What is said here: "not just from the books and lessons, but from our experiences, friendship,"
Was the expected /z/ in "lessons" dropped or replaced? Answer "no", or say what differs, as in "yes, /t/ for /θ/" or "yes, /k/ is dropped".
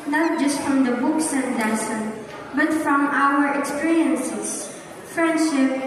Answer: yes, /z/ is dropped